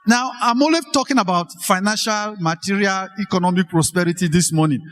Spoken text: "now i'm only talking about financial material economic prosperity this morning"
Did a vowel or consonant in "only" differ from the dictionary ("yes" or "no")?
yes